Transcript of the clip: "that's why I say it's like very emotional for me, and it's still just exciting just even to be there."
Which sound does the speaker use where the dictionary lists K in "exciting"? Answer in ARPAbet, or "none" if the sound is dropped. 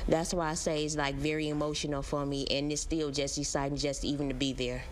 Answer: none